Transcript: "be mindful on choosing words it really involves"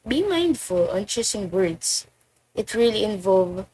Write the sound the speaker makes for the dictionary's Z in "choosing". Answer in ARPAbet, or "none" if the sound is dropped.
S